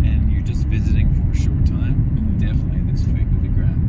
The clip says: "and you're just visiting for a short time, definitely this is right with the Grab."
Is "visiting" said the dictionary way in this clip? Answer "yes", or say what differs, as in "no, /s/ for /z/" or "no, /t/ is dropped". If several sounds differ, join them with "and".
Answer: yes